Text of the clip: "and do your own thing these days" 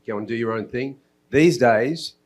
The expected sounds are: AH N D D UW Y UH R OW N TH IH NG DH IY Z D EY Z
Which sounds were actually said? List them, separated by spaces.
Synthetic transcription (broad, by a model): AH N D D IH Y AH R OW N TH IH NG DH IY Z D EY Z